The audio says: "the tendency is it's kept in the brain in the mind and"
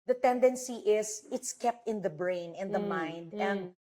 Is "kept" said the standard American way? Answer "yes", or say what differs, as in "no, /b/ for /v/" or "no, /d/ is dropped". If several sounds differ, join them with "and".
yes